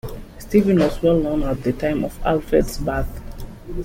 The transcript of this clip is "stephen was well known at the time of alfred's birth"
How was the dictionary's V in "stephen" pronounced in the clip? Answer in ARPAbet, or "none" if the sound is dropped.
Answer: V